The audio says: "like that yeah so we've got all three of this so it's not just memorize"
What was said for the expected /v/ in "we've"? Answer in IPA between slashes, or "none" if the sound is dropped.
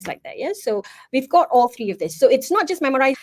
/v/